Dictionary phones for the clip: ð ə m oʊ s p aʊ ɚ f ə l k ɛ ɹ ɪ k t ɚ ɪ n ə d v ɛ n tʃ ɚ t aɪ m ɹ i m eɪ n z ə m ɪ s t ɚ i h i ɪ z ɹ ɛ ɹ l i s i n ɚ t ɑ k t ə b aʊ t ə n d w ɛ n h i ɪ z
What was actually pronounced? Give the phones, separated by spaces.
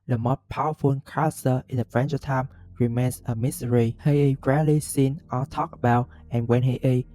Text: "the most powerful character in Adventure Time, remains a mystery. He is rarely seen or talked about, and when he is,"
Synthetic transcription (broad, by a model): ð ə m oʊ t p aʊ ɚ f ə n k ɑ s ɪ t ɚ ɪ n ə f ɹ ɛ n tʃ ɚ t aɪ m ɹ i m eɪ n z ə m ɪ s t ɚ i h i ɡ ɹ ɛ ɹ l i s i n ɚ t ɑ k ə b aʊ t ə n w ɛ n h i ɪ